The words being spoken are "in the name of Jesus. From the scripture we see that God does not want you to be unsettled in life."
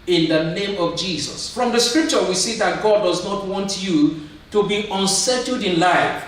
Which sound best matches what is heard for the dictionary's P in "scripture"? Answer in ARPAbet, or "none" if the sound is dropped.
P